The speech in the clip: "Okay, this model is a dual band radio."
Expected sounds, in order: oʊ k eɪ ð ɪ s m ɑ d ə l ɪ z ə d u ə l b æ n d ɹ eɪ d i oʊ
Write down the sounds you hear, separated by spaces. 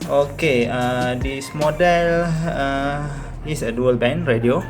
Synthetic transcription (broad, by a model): oʊ k eɪ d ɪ s m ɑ d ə l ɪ s ə d u ə l b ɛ n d ɹ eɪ d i oʊ